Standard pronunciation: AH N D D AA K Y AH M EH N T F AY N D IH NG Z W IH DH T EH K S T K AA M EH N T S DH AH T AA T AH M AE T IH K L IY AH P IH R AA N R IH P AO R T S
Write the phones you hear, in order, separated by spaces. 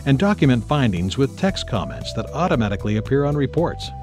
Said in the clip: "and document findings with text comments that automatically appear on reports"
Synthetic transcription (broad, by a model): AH N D D AA K Y AH M EH N T F AY N D IH NG Z W IH DH T EH K S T K AA M EH N T S DH AH T AA T AH M AE T IH K L IY AH P IH R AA N R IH P AO R T S